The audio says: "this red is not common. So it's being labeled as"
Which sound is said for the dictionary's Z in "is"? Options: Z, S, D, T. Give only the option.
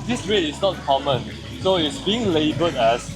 S